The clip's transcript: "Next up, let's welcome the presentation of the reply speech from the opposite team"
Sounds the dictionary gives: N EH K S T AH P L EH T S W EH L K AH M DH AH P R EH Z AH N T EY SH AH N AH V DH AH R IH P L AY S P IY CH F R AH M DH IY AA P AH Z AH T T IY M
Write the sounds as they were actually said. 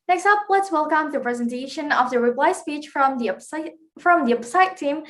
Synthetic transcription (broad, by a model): N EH K S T AH P L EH T S W EH L K AH M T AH P R EH Z AH N T EY SH AH N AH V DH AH R IH P L AY S P IY CH F R AH M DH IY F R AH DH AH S T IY M